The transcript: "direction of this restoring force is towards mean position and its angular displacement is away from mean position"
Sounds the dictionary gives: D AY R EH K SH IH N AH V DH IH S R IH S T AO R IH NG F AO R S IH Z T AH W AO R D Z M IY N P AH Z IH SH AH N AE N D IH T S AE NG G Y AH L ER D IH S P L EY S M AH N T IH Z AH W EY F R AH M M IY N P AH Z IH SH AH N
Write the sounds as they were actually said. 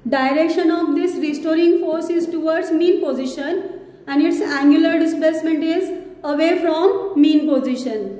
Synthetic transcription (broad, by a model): D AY R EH K SH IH N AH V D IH S R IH S T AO R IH NG F AO R S IH Z T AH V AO R D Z M IY N P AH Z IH SH AH N AE N D IH T S AE NG G Y AH L ER D IH S P L EY S M AH N T IH Z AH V EY F R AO M M IY N P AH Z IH SH AH N